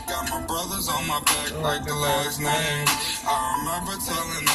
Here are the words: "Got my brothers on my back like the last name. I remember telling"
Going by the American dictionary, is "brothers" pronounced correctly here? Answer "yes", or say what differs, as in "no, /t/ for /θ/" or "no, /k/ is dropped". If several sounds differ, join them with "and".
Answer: yes